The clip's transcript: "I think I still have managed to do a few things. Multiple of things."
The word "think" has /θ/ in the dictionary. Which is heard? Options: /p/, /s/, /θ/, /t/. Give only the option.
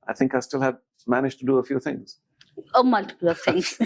/θ/